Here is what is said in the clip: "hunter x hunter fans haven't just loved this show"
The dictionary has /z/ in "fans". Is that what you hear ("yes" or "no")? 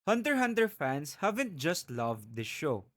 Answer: no